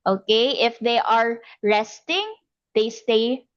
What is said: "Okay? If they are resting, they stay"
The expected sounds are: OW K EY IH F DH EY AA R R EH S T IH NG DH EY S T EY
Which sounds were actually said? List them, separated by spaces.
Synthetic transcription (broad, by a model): OW K EY IH F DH EY AA R R EH S T IH NG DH EY S T EY